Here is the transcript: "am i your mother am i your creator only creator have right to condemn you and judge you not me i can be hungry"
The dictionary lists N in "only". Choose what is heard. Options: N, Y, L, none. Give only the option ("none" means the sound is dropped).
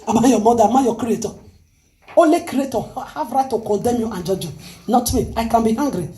none